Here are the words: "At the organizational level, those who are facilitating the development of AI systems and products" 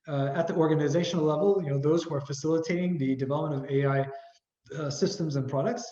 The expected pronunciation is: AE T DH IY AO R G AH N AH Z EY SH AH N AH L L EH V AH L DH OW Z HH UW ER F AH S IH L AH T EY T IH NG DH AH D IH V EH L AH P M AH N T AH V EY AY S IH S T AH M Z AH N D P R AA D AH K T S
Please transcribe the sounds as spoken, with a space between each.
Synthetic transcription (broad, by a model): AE T DH IY AO R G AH N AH Z EY SH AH N L L EH V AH N DH OW Z HH UW ER F AH S IH L AH T EY T IH NG DH AH D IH V EH L AH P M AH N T AH V EY AY S IH S T AH M Z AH N P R AA D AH K T S